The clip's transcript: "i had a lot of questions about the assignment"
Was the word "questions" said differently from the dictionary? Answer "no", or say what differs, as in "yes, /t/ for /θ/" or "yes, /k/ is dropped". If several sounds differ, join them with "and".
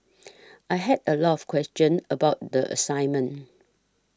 yes, /z/ is dropped